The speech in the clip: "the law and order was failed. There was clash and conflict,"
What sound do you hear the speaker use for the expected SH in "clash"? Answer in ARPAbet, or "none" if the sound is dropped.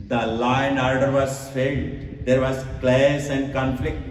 S